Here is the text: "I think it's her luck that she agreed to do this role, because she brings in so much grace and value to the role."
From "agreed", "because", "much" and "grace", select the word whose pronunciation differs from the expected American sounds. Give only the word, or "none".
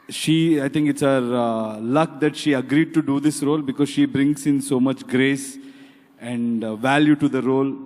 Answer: none